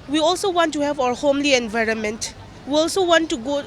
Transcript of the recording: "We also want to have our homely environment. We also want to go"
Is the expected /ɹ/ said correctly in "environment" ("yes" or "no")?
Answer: yes